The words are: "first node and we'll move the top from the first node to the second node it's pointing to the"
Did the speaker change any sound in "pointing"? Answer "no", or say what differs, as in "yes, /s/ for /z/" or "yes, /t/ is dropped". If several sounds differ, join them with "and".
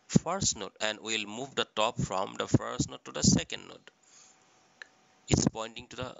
no